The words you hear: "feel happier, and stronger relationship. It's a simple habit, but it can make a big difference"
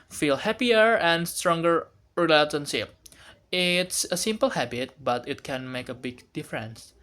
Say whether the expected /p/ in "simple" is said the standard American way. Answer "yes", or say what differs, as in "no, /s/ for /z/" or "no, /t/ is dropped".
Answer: yes